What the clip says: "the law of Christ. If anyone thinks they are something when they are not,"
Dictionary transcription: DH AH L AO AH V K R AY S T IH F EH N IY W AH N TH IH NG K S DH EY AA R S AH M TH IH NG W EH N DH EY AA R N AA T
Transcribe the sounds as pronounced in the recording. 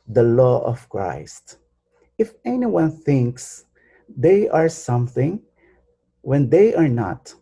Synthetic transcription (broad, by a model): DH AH L AO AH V K R AY S T IH F EH N IY W AH N TH IH NG K S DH EY AA R S AH M TH IH NG W EH N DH EY AA R N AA T